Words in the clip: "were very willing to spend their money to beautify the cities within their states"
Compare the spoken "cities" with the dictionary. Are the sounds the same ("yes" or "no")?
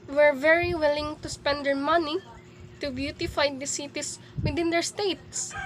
no